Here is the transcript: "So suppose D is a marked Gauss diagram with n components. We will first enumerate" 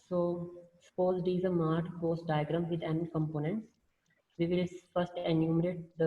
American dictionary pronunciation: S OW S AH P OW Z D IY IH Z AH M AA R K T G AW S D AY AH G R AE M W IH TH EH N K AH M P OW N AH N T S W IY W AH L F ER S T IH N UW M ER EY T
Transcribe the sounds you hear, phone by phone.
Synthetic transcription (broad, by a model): S OW S AH P OW Z D IY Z AH M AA R T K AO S D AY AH G R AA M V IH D EH N K AH M P OW N AH N T S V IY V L F ER S T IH N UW M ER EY T